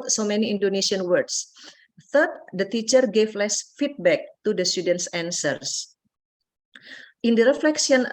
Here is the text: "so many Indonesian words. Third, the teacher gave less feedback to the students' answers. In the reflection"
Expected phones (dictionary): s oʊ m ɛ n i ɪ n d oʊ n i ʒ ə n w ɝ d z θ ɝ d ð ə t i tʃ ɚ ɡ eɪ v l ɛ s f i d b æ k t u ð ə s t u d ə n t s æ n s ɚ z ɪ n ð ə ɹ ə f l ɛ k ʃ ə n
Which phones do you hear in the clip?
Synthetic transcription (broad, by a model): s oʊ m ɛ n i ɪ n d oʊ n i ʃ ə n w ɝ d s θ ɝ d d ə t i tʃ ɚ ɡ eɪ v l ɛ s f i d b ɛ k t u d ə s t u d ə n t s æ n s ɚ s ɪ n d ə ɹ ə f l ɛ k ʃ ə n